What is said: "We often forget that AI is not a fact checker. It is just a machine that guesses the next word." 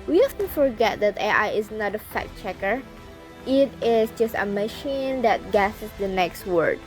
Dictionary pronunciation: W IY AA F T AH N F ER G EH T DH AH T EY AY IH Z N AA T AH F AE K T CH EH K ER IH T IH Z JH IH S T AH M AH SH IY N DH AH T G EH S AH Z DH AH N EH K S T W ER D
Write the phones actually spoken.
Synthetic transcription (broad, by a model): W IY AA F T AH F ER G EH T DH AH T EY AY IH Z N AA T AH F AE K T CH EH K ER IH T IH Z JH IH S T AH M AH SH IY N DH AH T G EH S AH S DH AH N EH K S T W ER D